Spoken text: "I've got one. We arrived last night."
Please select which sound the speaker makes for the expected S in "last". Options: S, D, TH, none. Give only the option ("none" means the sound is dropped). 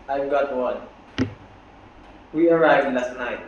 S